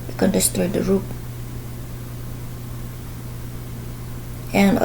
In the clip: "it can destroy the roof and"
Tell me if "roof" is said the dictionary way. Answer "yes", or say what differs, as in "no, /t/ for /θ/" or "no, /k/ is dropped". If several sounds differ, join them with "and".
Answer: no, /p/ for /f/